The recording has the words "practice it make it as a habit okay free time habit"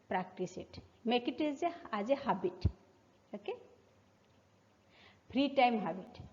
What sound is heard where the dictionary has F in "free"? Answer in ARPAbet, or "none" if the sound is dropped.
P